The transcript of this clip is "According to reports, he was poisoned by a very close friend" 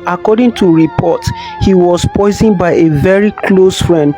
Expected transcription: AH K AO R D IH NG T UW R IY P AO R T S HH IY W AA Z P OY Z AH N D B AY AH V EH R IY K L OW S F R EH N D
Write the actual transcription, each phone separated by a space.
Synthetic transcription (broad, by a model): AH K AO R D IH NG T UW R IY P AO T HH IY W AA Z P OY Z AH N B AY AH V EH R IY K L OW S F R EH N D